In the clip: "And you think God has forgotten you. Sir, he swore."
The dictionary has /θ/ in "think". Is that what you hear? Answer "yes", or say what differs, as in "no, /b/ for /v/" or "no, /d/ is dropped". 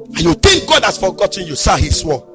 no, /t/ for /θ/